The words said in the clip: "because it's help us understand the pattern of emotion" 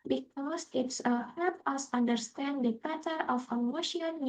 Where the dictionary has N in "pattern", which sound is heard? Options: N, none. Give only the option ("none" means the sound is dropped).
none